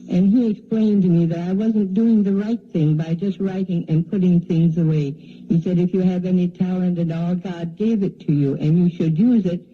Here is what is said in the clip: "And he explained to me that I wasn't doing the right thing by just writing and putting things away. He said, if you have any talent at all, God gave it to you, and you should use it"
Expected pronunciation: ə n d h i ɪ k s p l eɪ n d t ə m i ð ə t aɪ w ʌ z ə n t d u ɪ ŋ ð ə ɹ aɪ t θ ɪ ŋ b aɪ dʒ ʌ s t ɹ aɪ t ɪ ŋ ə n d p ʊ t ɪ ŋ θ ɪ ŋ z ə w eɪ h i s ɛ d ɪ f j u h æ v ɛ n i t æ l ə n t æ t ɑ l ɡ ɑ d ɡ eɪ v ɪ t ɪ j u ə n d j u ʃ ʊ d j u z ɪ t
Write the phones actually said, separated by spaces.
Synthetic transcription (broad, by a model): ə n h i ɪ k s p l eɪ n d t m i ð ə t aɪ w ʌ z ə n d u ɪ ŋ ð ə ɹ aɪ t θ ɪ ŋ b aɪ dʒ ʌ s t ɹ aɪ t ɪ ŋ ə n p ʊ t ɪ ŋ θ ɪ ŋ z ə w eɪ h i s ɛ d ɪ f j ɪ v ɛ n i t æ l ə n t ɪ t ɑ l ɡ ɑ d ɡ eɪ v ɪ t ɪ j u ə n j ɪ ʃ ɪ d j u z ɪ t